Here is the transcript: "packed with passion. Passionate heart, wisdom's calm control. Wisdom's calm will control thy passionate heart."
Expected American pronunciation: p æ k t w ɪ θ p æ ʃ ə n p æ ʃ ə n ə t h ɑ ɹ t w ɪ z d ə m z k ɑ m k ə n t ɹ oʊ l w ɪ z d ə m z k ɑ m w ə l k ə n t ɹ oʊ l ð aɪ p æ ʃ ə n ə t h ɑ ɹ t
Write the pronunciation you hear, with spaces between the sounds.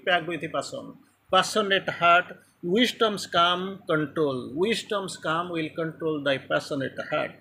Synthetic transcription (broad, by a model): p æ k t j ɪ p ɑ s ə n p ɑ s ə n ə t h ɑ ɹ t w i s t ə m s k ɑ m k ə n t ɹ oʊ l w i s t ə m s k ɑ m w ə l k ə n t ɹ oʊ l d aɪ p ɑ s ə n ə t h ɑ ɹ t